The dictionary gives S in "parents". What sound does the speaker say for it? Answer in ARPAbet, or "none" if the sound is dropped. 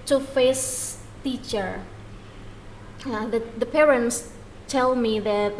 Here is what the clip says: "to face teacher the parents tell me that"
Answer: S